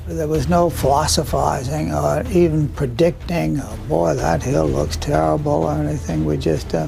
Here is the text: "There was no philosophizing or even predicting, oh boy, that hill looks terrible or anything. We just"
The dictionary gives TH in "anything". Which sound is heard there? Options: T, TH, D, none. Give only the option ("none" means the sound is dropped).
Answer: TH